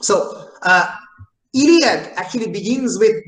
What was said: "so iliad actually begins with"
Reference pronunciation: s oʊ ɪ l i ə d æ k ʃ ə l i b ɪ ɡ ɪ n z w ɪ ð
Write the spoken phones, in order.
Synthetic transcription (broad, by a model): s oʊ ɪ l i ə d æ k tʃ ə l i b ɪ ɡ ɪ n z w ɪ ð